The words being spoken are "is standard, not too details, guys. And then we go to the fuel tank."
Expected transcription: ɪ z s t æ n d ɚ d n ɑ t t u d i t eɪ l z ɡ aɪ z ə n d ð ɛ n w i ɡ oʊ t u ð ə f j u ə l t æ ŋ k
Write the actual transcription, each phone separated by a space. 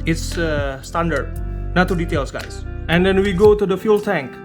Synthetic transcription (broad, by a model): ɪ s s t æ n d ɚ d n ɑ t t u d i t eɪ l s ɡ aɪ s ə n d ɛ n w i ɡ oʊ t u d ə f j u l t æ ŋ k